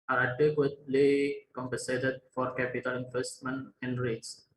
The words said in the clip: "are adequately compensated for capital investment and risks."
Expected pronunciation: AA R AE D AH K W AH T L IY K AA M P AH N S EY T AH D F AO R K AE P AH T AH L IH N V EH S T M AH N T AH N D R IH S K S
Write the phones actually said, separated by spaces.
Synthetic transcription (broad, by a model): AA R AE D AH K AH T L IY K AA M P AH N S EY T AH D F AO R K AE P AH T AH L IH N F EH S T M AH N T AH N D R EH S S